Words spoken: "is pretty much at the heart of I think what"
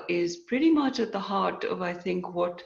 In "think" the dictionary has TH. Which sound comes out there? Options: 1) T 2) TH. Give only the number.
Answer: 2